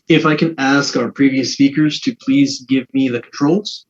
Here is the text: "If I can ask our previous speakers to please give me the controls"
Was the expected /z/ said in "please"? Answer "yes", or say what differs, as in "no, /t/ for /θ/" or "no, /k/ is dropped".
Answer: yes